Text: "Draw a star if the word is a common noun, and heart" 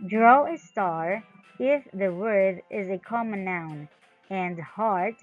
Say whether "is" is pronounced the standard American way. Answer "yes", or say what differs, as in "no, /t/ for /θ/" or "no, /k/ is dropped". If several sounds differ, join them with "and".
yes